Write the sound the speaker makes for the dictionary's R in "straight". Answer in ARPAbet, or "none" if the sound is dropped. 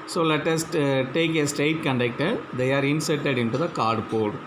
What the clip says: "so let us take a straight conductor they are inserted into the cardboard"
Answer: none